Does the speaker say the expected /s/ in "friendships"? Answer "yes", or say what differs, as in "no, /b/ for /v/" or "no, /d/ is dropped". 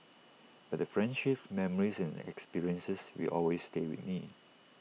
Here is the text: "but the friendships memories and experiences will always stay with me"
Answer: no, /s/ is dropped